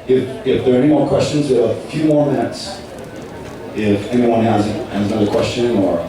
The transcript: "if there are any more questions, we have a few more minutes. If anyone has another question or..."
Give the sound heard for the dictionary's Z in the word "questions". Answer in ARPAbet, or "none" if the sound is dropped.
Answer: Z